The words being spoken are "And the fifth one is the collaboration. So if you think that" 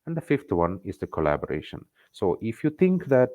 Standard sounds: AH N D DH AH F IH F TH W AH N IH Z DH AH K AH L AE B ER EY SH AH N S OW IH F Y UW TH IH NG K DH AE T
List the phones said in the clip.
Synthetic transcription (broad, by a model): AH N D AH F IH F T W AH N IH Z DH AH K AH L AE B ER EY SH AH N S OW IH F Y UW T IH NG K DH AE T